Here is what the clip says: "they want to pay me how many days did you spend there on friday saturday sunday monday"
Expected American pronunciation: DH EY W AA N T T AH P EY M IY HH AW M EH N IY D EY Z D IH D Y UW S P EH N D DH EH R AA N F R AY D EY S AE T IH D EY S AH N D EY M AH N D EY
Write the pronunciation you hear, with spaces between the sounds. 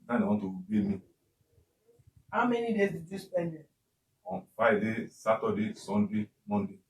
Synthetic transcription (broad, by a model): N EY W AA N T T AH B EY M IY HH AW M EH N IY D EY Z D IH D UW S P EH N D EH AA N F AY D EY S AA T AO D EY S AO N D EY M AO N D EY